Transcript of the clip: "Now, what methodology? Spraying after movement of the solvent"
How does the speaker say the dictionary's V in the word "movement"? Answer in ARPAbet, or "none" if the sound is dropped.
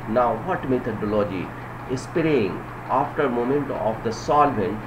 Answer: none